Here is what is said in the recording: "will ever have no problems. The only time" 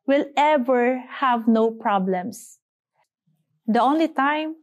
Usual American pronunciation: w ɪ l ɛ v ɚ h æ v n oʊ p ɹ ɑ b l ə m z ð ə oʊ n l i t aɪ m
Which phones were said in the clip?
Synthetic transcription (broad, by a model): w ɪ l ɛ v ɚ h æ v n oʊ p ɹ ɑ b l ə m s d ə oʊ n l i t aɪ m